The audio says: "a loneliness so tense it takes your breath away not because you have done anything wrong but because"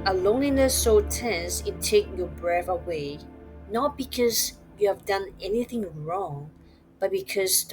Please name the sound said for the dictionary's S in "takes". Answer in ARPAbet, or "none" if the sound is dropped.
none